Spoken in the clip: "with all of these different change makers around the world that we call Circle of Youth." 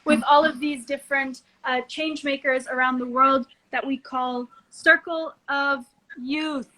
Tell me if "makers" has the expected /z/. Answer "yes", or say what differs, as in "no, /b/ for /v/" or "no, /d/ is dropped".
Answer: yes